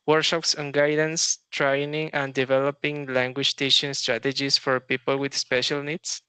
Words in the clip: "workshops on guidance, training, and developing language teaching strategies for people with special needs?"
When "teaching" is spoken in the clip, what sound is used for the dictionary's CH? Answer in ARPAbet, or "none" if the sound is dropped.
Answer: SH